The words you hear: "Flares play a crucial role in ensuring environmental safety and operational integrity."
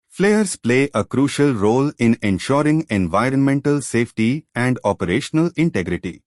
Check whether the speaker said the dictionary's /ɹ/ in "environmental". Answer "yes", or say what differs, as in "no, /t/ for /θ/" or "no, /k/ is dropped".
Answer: yes